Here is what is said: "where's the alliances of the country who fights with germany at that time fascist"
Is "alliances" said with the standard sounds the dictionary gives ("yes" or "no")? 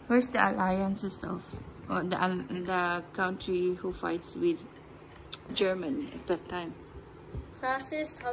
no